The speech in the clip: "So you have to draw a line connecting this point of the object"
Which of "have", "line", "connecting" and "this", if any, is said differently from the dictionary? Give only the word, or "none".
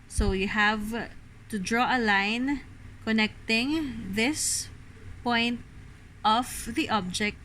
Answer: none